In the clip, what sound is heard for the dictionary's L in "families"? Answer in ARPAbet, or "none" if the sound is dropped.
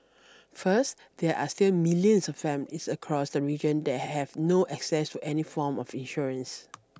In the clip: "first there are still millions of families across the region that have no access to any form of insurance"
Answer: none